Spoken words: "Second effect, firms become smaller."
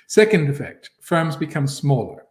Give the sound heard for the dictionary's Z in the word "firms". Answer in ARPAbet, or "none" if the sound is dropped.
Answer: Z